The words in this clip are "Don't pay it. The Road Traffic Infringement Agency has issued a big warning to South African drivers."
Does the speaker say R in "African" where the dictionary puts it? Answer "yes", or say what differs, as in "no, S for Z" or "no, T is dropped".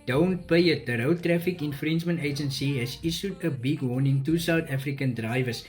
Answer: yes